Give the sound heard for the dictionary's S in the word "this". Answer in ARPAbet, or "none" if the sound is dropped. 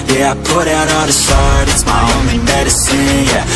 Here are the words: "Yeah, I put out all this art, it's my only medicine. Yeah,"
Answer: SH